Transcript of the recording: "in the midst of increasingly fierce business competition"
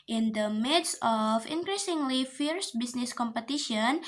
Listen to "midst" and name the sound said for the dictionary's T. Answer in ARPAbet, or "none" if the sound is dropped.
none